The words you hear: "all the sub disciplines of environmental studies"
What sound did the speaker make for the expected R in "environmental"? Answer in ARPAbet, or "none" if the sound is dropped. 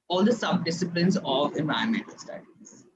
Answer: none